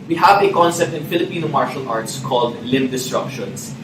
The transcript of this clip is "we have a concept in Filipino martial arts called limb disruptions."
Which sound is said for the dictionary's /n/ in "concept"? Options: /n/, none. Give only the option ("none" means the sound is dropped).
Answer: /n/